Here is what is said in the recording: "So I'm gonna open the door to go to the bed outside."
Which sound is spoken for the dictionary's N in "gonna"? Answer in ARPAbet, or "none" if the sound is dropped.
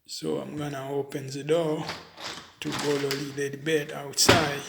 N